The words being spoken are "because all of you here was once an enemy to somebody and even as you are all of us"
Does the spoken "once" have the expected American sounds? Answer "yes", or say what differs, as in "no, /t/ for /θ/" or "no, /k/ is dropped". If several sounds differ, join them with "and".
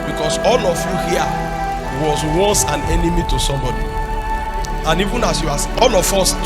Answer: no, /n/ is dropped